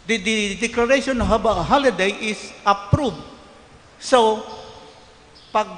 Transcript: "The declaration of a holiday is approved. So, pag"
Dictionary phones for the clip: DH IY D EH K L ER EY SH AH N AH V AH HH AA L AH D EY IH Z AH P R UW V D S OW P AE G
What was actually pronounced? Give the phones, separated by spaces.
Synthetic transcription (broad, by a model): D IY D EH K L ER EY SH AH N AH B AH HH AA L AH D EY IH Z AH P R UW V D S OW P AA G